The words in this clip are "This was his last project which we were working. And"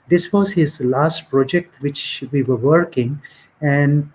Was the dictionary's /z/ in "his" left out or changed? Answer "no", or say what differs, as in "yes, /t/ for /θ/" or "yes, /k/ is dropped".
no